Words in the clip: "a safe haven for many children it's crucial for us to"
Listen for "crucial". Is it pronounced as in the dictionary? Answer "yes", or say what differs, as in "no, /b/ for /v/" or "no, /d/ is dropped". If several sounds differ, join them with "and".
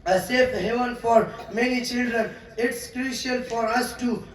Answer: no, /n/ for /l/